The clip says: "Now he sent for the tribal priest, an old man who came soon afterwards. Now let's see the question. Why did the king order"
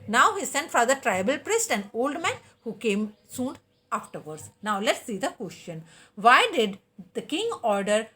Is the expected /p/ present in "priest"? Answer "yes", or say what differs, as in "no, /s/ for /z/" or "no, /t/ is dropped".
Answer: yes